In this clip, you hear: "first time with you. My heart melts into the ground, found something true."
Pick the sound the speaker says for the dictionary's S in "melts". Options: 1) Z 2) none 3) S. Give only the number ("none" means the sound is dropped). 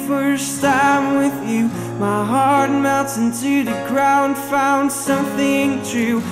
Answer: 2